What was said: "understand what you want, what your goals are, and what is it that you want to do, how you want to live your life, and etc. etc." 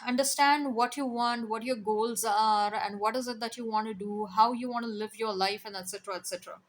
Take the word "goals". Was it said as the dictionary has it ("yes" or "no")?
yes